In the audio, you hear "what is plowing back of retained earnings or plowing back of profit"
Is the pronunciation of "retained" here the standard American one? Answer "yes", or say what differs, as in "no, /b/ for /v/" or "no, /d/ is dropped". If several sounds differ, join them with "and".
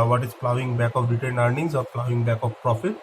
no, /l/ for /n/